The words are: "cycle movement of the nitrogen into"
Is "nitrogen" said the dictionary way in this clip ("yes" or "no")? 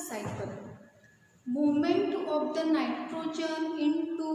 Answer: yes